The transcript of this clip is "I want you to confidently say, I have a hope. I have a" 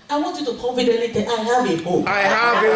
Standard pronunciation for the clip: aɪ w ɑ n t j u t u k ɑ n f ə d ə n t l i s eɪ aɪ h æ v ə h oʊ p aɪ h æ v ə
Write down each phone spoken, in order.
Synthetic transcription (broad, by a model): aɪ w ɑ n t j u t u k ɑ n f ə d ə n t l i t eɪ aɪ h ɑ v ə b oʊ aɪ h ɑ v